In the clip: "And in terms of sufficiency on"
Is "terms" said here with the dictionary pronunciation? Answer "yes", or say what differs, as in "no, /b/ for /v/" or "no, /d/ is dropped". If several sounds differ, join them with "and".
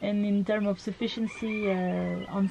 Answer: no, /z/ is dropped